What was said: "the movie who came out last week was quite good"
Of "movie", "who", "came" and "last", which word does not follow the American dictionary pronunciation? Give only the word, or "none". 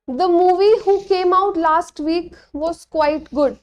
none